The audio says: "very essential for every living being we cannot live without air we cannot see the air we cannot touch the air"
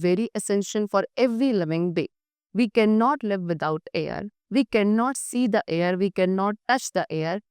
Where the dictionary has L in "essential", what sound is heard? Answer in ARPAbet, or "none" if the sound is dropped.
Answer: N